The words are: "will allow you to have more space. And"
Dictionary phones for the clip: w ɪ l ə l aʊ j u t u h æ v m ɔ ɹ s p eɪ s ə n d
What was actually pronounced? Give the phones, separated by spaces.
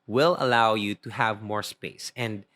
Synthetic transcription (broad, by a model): w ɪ l ə l aʊ j u t u h æ v m ɔ ɹ s p eɪ s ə n d